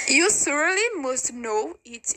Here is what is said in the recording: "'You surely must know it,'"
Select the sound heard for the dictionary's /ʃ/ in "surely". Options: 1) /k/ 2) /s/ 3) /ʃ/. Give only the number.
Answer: 2